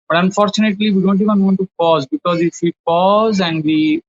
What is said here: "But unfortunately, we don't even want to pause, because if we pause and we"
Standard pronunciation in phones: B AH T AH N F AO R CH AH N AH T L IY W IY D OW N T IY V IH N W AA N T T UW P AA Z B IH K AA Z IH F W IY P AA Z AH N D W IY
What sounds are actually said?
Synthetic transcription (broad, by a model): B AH T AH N F AO R CH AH N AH T L IY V IY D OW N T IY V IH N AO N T T UW P AA Z B IH K AA Z IH F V IY P AA Z AH N D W IY